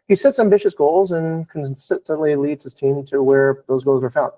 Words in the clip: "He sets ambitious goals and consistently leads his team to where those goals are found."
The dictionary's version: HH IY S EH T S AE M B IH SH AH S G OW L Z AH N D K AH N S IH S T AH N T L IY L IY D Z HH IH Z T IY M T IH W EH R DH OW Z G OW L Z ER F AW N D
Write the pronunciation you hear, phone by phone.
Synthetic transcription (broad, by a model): HH IY S EH T S AE M B IH SH AH S G OW L Z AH N K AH N S IH S T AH N T L IY L IY D Z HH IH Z T IY M T IH W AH R DH OW Z G OW L Z ER F AW N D